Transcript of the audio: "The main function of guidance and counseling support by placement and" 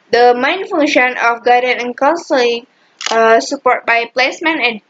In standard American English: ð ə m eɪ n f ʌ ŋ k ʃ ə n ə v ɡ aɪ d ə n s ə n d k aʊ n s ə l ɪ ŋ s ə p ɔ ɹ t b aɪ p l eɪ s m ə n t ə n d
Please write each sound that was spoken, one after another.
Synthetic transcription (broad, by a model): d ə m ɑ n f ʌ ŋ ʃ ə n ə f ɡ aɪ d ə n ə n k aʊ n s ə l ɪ ŋ s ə p ɔ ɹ t b aɪ p l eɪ s m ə n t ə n